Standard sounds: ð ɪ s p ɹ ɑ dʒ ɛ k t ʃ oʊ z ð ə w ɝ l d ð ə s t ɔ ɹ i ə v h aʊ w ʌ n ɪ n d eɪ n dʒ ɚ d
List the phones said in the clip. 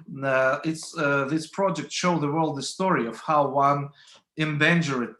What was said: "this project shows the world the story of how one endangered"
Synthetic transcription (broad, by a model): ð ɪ s p ɹ ɑ dʒ ɛ k t ʃ oʊ ð ə w ɝ l d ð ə s t ɔ ɹ i ə v h aʊ w ʌ n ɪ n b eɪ n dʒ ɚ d